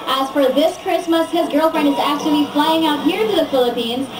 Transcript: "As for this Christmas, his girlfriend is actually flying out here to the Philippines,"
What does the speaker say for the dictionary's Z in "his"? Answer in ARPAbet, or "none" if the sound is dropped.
Z